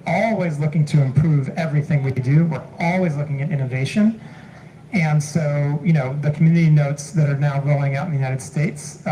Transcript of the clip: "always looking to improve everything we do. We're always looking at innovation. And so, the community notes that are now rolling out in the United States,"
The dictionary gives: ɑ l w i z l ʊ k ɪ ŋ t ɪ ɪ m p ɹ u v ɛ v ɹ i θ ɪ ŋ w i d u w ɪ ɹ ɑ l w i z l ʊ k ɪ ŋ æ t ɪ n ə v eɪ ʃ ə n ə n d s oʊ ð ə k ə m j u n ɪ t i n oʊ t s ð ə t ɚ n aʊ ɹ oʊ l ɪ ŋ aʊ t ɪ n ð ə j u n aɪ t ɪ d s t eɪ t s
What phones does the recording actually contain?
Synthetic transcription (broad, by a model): ɑ l w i z l ʊ k ɪ ŋ t ɪ ɪ m p ɹ u v ɛ v ɹ i θ ɪ ŋ w i d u w ɪ ɹ ɑ l w i z l ʊ k ɪ ŋ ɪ t ɪ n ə v eɪ ʃ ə n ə n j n oʊ ð ə k m j u n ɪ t i n oʊ t s ð ə t ɚ n aʊ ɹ oʊ ɪ ŋ aʊ t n ð ə j u n aɪ t ɪ d s t eɪ t s